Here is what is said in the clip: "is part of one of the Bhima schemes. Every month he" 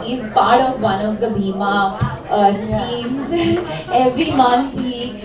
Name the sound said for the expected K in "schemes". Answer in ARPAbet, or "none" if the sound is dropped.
none